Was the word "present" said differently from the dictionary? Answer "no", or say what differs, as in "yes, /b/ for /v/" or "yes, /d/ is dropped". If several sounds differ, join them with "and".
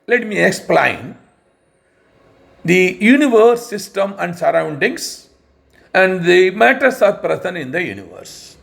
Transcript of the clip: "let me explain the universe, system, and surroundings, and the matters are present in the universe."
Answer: yes, /t/ is dropped